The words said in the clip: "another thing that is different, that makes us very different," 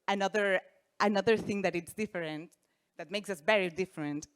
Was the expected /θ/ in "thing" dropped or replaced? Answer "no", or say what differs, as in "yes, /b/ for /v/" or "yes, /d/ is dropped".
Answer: no